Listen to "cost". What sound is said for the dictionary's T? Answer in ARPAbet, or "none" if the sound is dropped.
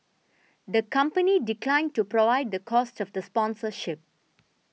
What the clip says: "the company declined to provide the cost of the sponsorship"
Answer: T